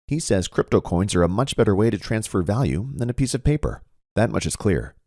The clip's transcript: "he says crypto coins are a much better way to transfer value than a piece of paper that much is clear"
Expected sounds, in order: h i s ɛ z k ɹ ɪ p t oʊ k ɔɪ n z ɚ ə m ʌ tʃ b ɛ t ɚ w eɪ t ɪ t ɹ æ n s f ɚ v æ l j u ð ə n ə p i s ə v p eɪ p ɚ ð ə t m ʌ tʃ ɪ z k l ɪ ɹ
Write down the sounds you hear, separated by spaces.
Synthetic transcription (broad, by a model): h i s ɛ z k ɹ ɪ p t oʊ k ɔɪ n z ɚ ə m ʌ tʃ b ɛ t ɚ w eɪ t ɪ t ɹ æ n s f ɚ v æ l j u ð ə n ə p i s ə v p eɪ p ɚ ð ə t m ʌ tʃ ɪ z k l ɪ ɹ